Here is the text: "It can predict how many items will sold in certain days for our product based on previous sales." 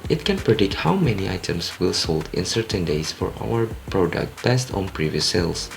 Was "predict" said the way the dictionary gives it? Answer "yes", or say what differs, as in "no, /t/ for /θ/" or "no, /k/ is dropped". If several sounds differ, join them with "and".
yes